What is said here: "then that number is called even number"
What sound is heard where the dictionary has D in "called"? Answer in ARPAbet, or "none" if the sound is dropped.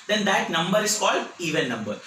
D